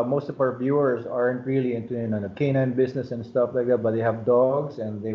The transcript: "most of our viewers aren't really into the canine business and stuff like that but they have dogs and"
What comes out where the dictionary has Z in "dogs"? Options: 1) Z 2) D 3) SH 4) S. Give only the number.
4